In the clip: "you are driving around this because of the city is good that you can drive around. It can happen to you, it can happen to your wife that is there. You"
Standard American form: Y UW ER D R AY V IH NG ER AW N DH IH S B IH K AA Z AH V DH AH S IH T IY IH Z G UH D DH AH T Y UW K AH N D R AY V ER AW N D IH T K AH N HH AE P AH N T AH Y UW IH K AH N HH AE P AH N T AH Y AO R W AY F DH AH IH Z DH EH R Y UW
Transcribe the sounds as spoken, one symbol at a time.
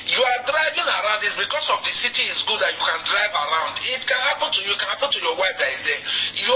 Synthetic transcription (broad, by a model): Y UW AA D R AY V IH NG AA AW N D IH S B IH K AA S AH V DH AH S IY T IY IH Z G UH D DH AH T Y UW K AH N D R AY V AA AW N D IH T K AH N HH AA P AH N T AH Y UW K AH N HH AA P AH N T AH Y AO W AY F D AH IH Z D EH Y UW